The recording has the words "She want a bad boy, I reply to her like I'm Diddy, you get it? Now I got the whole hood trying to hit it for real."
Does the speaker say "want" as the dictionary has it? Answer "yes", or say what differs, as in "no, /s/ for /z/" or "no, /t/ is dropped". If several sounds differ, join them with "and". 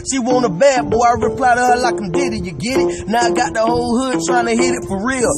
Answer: no, /t/ is dropped